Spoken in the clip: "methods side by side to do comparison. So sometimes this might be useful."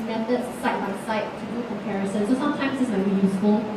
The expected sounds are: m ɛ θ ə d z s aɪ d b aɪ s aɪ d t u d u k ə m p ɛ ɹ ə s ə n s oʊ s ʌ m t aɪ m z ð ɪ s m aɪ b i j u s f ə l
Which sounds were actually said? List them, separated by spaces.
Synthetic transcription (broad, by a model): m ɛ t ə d s aɪ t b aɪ s aɪ t u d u k ə m p ɛ ɹ ə s ə n s oʊ s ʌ m t aɪ m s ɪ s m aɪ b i j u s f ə l